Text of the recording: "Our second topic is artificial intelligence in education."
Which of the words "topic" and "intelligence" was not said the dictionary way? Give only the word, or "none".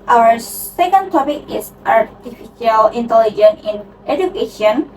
intelligence